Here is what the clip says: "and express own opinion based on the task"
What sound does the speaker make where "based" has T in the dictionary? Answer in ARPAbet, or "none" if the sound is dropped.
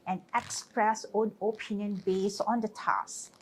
none